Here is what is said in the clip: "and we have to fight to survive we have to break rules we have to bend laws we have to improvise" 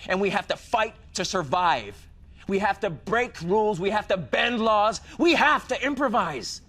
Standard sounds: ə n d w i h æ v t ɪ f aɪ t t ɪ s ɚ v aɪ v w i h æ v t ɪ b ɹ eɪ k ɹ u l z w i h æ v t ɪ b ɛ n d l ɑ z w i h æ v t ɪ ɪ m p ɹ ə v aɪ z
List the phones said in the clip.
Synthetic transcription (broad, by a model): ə n w i h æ f t ɪ f aɪ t t ɪ s ɚ v aɪ v w i h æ f t ɪ b ɹ eɪ k ɹ u l z w i h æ f t ɪ b ɛ n d l ɑ z w i h æ f t ɪ ɪ m p ɹ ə v aɪ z